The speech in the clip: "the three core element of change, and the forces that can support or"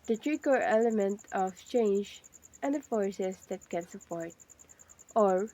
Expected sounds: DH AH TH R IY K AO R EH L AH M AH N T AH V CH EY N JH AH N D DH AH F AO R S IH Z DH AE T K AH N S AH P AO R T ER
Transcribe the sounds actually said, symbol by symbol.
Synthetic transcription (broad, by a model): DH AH T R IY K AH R EH L AH M AH N T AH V CH EY N JH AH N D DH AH F AO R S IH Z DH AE T K AH N S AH P AO R T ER